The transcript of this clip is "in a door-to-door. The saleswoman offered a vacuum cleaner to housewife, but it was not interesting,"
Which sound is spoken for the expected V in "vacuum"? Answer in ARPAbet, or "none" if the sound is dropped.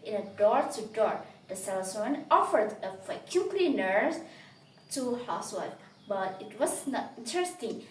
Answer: F